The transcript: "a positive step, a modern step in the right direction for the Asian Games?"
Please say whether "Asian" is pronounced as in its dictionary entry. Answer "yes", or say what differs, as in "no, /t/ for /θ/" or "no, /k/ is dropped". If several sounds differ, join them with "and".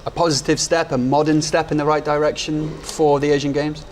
yes